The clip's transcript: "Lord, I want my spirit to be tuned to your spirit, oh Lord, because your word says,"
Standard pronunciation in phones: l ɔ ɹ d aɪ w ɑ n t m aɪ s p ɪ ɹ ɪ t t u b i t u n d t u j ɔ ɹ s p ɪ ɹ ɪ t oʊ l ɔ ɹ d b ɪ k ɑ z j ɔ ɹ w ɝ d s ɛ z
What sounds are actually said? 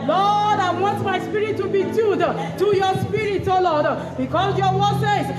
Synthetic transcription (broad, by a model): l ɔ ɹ d aɪ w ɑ n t m aɪ s p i ɹ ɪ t t u b i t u d t u j ɔ s p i ɹ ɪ t oʊ l ɔ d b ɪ k ɑ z j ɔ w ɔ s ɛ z